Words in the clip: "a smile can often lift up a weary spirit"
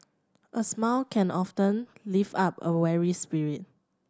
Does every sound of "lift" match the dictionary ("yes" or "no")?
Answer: no